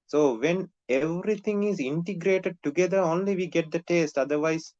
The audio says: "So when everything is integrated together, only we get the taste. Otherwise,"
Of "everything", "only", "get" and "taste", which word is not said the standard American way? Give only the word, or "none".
everything